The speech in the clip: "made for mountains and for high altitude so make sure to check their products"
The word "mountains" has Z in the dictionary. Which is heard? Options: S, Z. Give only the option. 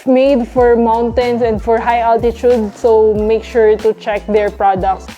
S